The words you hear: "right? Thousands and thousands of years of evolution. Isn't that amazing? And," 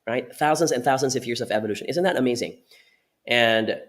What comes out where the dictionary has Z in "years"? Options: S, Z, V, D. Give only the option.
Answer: Z